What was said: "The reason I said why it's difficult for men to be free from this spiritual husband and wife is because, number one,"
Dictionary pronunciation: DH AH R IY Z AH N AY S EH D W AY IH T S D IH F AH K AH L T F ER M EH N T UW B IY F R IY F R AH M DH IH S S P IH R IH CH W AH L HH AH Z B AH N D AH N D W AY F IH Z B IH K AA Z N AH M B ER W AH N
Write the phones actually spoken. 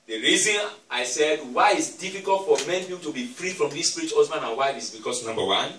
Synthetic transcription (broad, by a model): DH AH R IY Z AH N AY S EH D W AY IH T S D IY F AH K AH L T F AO M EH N T UW B IY F R IY F R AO M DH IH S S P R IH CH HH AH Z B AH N AH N W AY F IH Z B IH K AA S N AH M B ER W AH N